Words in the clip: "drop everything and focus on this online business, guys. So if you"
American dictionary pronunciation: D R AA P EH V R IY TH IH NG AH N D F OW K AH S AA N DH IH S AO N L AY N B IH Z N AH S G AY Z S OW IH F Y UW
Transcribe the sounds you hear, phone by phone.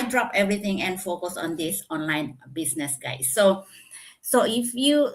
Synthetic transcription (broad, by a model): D R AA P EH V R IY T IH NG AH N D F OW K AH S AA N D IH S AO N L AY N B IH S N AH S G AY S S OW IH F Y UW